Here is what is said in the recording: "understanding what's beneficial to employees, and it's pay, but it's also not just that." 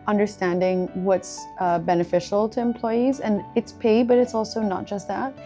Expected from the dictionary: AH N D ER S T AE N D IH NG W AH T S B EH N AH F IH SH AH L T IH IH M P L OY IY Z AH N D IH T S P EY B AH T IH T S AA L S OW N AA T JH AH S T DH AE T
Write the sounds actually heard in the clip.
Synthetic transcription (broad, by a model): AH N D ER S T AE N D IH NG W AH T S B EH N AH F IH SH L T IH IH M P L OY IY Z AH N IH T S P EY B AH T IH T S AA L S OW N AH T JH AH S T DH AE T